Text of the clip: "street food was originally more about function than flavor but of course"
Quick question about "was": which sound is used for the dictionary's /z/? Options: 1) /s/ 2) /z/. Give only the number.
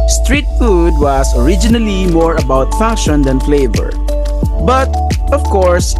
1